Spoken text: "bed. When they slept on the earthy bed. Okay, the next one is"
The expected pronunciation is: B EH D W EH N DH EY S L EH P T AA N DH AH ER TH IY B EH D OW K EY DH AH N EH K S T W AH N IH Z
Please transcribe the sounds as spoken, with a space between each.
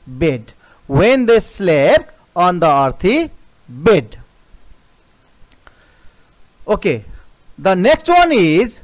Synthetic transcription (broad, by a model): B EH D W EH N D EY S L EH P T AA N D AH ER T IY B EH D OW K EY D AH N EH K S T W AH N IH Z